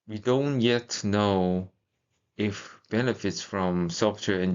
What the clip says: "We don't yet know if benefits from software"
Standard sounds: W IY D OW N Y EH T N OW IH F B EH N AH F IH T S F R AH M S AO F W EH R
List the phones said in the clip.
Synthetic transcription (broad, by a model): W IY D OW N Y EH T N OW IH F B EH N AH F IH T S F R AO M S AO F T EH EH